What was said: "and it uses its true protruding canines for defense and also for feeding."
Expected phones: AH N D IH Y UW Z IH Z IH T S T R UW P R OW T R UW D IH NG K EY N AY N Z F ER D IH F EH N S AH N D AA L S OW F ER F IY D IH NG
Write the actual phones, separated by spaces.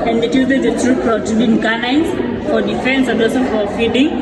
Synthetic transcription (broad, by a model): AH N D IH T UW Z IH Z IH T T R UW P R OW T UW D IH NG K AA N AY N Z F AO D IH F EH N S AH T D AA S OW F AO F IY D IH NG